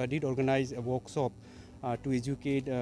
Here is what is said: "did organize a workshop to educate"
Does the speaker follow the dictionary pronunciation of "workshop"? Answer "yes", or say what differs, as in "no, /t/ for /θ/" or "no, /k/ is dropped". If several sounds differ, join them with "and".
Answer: no, /s/ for /ʃ/